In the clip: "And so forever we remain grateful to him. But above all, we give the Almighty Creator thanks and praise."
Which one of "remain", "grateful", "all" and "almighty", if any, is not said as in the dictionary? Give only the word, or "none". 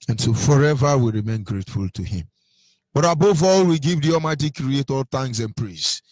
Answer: almighty